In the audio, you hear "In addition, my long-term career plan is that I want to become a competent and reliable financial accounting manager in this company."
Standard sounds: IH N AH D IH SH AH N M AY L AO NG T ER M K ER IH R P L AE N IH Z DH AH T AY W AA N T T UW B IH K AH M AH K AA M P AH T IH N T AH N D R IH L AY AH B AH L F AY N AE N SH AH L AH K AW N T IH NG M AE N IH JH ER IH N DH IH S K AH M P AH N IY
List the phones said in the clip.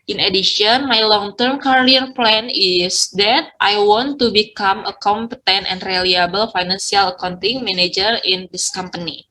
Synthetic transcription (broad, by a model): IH N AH D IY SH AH N M AY L AO NG T ER M K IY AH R P L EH N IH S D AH T AY W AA N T T UW B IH K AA M AH K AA M P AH T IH N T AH N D R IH L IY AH B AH L F AY N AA N S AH L AH K AW N T IH NG M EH N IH JH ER IH N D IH S K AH M P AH N IY